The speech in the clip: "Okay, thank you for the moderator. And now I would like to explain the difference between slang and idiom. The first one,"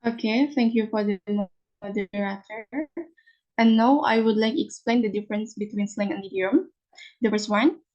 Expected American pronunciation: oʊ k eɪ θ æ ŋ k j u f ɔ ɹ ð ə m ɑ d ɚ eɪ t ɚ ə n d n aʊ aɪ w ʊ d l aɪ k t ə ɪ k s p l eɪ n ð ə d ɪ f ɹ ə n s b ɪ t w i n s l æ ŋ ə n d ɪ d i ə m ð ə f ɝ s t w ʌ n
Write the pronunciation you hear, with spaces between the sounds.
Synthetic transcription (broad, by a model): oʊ k eɪ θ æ ŋ k j u f ɔ ɹ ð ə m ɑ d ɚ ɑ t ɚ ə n n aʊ aɪ w ʊ d l aɪ k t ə k s p l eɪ n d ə d ɪ f ɹ ə n s b ɪ t w i n s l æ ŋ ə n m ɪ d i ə m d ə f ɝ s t w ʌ n